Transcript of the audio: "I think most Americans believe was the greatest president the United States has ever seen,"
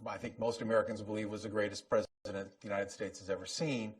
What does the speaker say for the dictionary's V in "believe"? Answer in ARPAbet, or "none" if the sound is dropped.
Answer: V